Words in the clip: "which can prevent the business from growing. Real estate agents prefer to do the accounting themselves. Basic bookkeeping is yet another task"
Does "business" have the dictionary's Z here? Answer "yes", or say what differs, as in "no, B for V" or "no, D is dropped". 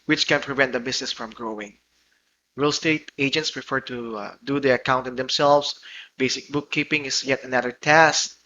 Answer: no, S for Z